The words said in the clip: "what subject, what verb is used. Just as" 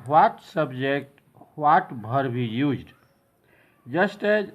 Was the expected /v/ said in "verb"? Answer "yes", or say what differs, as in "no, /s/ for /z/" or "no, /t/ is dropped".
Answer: no, /b/ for /v/